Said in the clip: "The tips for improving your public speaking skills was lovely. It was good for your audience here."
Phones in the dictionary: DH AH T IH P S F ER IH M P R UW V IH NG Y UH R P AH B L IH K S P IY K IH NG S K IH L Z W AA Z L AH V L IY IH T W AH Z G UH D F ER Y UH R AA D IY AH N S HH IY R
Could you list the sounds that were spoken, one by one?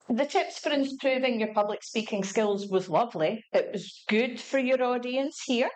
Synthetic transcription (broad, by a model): DH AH T IH P S F ER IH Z P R UW V IH NG Y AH R P AH B L IH K S P IY K IH NG S K IH L Z W AA Z L AH V L IY IH T W AH Z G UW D F ER Y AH R AA D IY AH N S HH IY R